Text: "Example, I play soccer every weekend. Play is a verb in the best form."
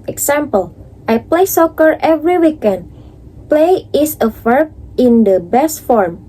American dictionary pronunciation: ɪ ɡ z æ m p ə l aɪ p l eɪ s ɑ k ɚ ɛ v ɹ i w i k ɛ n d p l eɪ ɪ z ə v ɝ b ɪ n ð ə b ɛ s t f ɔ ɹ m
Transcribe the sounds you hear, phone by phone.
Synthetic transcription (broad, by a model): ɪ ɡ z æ m p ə l aɪ p l eɪ s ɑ k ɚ ɛ v ɹ i w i k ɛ n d p l eɪ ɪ s ə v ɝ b ɪ n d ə b ɛ s t f ɔ ɹ m